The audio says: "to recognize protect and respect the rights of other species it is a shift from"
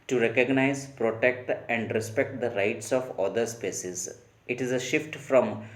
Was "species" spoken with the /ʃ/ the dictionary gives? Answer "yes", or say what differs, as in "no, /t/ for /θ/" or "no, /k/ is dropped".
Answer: no, /s/ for /ʃ/